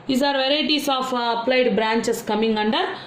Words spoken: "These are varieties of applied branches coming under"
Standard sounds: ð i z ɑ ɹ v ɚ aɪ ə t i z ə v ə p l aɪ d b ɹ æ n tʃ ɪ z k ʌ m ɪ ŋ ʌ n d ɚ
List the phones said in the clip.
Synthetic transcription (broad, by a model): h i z ɑ ɹ v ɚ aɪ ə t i s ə f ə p l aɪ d b ɹ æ n tʃ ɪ s k ʌ m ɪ ŋ ʌ n d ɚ